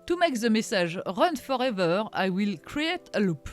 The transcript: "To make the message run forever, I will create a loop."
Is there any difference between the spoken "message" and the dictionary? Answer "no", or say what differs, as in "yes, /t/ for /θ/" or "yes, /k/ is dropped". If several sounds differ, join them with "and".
yes, /ʒ/ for /dʒ/